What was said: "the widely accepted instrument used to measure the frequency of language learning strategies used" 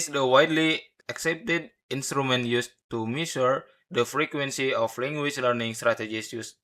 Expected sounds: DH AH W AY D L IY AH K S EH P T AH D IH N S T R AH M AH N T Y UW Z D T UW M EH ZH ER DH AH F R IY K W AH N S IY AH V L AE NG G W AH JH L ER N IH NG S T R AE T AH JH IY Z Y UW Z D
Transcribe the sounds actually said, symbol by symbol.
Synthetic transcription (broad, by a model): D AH W AY D L IY AH K S EH P T AH D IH N S T R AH M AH N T Y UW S T UW M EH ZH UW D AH F R IY K W AH N S IY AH F L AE NG G W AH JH L ER N IH NG S T R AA T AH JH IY S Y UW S